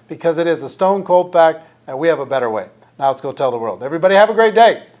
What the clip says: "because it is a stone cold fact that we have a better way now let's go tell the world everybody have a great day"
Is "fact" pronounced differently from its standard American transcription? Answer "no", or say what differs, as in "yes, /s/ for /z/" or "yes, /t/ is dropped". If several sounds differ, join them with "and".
yes, /p/ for /f/